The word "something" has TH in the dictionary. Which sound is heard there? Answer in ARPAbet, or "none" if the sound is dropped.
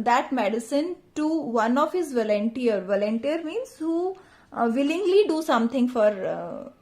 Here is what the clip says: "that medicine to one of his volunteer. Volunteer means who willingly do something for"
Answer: T